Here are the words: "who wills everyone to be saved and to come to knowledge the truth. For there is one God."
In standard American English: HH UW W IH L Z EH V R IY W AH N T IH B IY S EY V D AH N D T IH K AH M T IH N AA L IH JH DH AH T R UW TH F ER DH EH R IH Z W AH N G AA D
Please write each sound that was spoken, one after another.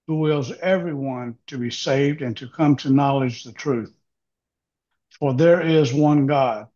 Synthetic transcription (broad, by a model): HH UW W IH L Z EH V R IY W AH N T IH B IY S EY V D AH N T IH K AH M T IH N AA L IH JH DH AH T R UW TH F ER DH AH R IH Z W AH N G AA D